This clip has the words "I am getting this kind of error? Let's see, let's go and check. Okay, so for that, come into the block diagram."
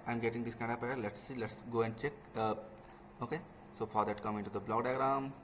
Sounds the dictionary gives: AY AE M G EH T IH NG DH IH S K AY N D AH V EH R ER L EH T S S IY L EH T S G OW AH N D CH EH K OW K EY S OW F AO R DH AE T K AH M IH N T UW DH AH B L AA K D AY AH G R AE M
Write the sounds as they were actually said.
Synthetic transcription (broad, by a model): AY M G EH T IH NG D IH S K AY N D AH P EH ER L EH T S S IY L EH T S G OW AH N D CH EH K OW K EY S OW F AO R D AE T K AH M IH N T UW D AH B L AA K D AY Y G R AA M